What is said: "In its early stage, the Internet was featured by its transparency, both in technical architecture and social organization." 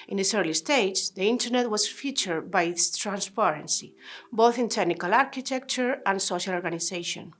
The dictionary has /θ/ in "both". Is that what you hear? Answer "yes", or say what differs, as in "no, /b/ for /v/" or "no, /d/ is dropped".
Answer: yes